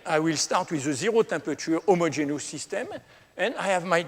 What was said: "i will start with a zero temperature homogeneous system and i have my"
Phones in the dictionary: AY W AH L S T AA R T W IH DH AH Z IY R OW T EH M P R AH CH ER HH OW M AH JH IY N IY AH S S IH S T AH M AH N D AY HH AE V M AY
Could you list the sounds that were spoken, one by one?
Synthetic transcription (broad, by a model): AY W AH L S T AA R T W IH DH AH Z IY R OW T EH P AH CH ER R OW M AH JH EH N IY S S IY S T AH M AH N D AY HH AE V M AY